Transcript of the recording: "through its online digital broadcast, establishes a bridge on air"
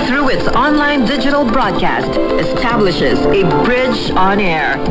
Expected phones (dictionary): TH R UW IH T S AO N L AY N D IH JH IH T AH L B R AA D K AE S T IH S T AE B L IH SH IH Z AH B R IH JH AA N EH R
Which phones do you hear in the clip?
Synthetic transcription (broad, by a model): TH R UW IH T S AO N L AY N D IH JH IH T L B R AA D K AE S T IH S T AE B L IH SH IH Z AH B R IH JH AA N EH R